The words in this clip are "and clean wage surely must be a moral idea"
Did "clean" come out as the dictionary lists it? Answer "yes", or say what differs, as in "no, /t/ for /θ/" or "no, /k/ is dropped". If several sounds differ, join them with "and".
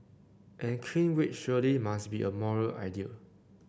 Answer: no, /l/ is dropped